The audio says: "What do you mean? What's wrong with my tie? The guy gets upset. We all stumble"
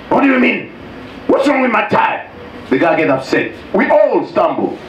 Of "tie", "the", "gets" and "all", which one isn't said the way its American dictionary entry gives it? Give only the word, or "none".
gets